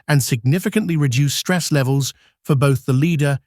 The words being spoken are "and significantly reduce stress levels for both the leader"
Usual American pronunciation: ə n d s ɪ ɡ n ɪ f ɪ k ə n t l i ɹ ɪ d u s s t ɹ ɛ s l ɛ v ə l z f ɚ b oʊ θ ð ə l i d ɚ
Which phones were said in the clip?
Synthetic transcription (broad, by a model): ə n s ɪ ɡ n ɪ f ɪ k ə n t l i ɹ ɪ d u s s t ɹ ɛ s l ɛ v ə l z f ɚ b oʊ θ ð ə l i d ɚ